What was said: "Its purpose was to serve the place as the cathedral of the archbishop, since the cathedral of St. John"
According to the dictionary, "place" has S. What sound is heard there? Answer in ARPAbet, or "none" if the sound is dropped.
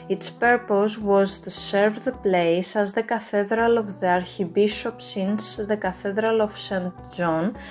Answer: S